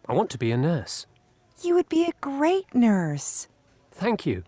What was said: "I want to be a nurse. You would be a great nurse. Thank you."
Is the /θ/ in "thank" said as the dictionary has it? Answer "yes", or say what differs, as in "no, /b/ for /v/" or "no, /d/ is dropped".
yes